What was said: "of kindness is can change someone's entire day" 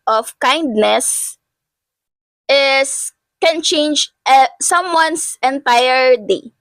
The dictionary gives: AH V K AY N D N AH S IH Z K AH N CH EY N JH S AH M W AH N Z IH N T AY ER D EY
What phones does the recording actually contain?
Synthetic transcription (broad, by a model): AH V K AY N D N AH S IH S K AH N CH EY N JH S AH M W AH N S IH N T AY ER D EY